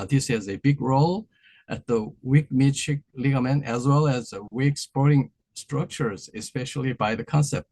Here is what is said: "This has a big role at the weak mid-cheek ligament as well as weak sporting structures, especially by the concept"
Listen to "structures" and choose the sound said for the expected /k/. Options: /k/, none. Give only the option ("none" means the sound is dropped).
/k/